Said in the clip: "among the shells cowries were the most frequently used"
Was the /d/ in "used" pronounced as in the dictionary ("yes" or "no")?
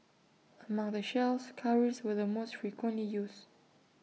no